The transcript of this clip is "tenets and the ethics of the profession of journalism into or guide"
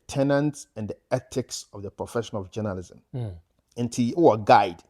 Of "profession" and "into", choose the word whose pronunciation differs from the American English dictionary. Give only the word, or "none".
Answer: none